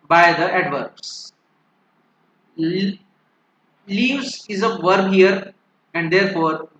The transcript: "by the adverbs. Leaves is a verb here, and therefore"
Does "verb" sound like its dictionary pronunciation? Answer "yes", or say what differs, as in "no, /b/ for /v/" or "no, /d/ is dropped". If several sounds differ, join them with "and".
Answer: yes